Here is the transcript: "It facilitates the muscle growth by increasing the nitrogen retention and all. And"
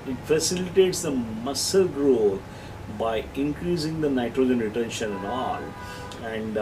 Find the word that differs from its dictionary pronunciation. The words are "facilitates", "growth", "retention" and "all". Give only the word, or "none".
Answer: growth